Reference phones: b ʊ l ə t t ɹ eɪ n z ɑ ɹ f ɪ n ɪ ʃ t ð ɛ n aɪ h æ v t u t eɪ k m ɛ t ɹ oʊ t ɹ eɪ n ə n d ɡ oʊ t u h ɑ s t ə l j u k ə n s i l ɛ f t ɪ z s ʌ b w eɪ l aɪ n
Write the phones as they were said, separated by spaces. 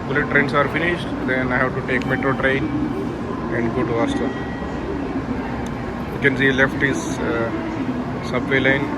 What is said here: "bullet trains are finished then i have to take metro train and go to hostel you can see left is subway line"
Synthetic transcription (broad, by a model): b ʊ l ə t t ɹ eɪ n s ɑ ɹ f ɪ n ɪ ʃ t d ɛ n aɪ h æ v t u t eɪ k m ɛ t ɹ oʊ t ɹ eɪ n ə n d ɡ oʊ t u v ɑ t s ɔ k ə n s i l ɛ f t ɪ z s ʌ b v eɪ l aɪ n